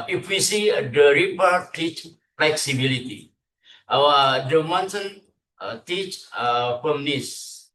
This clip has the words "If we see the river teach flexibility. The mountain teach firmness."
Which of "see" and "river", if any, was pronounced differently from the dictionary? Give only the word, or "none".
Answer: river